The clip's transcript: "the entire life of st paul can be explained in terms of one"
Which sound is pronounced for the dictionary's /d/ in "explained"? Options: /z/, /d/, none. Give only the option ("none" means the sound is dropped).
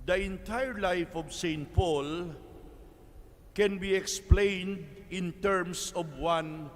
/d/